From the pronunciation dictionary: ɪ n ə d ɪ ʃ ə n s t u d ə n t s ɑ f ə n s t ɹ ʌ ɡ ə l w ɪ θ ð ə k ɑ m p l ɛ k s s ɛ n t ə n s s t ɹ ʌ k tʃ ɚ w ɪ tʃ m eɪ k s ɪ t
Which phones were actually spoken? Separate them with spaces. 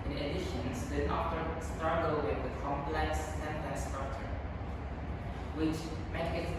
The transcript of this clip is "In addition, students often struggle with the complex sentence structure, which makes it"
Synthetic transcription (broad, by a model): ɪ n ə d ɪ ʃ ə n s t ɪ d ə t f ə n s t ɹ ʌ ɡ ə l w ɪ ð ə k ɑ m p l ɛ k s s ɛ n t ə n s s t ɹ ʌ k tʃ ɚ w ɪ tʃ m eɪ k ɪ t